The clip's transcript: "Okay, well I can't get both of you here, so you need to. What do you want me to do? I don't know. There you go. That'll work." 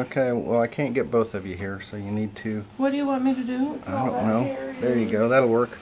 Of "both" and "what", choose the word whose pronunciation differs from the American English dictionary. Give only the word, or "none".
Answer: none